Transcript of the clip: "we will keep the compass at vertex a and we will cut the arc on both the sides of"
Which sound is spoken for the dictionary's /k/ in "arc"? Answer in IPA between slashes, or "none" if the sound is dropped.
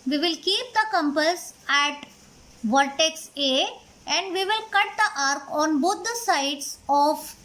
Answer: /k/